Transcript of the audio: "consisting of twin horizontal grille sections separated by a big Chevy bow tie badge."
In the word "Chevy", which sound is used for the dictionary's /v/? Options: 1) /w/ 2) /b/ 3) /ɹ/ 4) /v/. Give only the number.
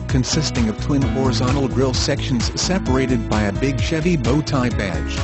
4